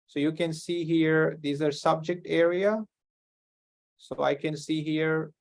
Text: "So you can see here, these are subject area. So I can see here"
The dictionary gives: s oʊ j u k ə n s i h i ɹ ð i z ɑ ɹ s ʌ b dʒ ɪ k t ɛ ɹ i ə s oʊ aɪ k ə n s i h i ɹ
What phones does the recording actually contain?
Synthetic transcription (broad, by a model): s oʊ j u k ə n s i h i ɹ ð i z ɑ ɹ s ʌ b dʒ ɪ k t ɛ ɹ i ə s oʊ aɪ k ə n s i h i ɹ